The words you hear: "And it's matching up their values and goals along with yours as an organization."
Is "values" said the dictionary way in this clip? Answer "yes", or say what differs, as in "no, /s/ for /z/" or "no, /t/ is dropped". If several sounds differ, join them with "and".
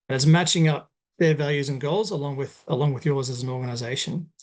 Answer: yes